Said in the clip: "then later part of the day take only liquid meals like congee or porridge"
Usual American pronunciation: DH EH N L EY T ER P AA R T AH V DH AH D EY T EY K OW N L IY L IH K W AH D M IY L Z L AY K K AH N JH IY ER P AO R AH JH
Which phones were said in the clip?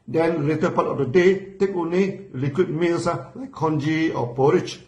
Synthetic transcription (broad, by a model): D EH N L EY T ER P AA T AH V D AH D EY T EY K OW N IY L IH K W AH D M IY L S L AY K K AH N JH IY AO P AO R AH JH